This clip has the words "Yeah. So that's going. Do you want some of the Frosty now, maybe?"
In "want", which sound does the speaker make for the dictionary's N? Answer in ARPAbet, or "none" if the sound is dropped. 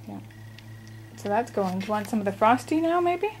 N